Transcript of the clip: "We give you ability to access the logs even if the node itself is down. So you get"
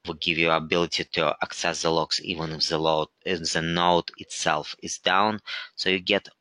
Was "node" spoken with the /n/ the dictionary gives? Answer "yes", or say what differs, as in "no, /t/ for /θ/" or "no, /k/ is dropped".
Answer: no, /l/ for /n/